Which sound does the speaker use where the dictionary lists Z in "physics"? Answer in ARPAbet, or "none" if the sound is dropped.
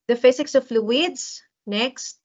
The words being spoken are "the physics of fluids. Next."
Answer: S